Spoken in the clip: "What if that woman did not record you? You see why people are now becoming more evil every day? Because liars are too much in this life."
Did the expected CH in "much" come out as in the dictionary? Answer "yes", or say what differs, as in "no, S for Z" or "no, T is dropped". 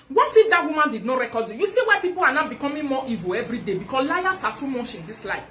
no, SH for CH